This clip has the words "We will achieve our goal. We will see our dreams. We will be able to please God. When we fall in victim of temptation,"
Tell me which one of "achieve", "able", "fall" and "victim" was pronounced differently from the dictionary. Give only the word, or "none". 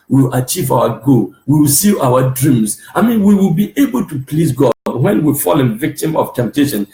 none